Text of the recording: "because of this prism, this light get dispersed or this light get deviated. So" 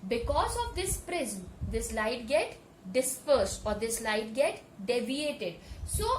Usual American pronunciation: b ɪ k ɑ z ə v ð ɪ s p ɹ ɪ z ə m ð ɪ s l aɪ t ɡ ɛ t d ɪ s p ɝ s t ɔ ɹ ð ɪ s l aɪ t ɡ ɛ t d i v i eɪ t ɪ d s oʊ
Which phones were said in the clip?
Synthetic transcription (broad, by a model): b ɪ k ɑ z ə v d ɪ s p ɹ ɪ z m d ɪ s l aɪ t ɡ ɛ t d ɪ s p ɝ s t ɔ ɹ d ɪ s l aɪ t ɡ ɛ t d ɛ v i eɪ t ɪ d s oʊ